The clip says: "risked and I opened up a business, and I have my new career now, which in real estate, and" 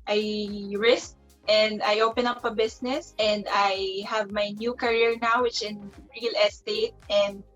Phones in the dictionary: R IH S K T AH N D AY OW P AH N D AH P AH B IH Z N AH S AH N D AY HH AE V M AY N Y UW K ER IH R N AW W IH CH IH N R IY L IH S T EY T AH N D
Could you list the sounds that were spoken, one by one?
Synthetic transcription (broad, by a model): R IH S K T AH N D AY OW P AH N AH P AH B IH S N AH S AH N D AY HH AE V M AY N Y UW K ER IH R N AW W IH CH IH N R IY L IH S T EY T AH N D